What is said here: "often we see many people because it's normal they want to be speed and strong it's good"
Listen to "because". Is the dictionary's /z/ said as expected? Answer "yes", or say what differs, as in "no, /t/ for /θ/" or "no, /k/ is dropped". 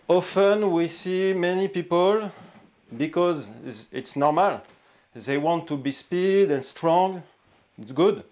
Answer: yes